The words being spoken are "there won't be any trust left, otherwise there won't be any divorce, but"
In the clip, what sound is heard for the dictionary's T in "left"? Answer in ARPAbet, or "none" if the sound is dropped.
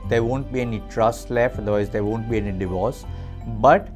none